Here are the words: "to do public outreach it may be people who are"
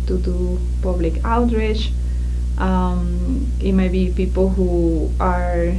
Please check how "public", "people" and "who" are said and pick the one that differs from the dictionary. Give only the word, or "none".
none